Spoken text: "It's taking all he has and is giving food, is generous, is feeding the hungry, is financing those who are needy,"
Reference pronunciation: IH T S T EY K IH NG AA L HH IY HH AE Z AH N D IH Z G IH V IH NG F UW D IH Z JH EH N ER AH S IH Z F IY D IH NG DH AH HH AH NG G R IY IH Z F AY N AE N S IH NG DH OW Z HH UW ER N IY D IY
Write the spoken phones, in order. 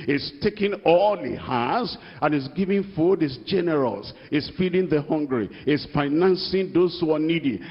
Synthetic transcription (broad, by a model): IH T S T EY K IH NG AA L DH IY HH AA S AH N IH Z G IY V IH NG F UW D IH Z JH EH N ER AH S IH S F IY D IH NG DH AH HH AH NG G R IY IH S F AY N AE N S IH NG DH OW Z HH UW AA N IY D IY